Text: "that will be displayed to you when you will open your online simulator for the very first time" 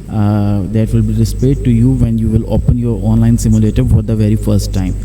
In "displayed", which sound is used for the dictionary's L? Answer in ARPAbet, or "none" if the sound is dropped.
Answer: none